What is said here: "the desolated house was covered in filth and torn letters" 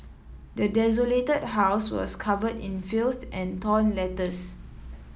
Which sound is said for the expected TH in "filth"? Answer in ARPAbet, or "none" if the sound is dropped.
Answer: S